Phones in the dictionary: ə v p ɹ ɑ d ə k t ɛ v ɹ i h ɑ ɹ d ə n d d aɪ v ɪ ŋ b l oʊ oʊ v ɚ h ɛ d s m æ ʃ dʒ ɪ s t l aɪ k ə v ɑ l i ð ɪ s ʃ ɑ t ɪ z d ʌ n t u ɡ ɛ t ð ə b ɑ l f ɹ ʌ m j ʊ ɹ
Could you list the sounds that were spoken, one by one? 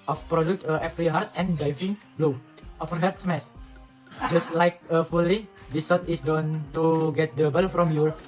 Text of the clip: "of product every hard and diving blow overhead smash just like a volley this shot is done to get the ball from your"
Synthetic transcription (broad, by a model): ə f p ɹ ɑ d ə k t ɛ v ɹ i h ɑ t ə n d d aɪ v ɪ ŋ b l oʊ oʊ f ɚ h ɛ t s m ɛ s dʒ ɪ s t l aɪ k ə f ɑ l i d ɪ s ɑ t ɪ s d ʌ n t u ɡ ɛ t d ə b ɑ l f ɹ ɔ m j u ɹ